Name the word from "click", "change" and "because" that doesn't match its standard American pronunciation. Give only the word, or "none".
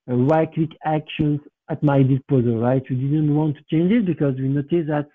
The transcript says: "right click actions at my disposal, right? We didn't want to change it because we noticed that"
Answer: click